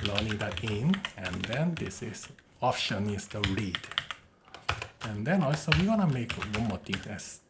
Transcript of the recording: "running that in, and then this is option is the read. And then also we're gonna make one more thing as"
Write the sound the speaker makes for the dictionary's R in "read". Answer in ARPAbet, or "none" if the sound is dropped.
R